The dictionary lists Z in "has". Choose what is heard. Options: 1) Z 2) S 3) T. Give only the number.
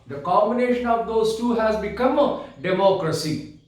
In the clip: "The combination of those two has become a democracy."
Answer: 1